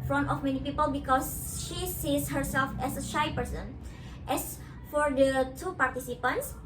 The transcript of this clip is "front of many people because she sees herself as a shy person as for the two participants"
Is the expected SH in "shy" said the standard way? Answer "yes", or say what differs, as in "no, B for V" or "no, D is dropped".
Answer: yes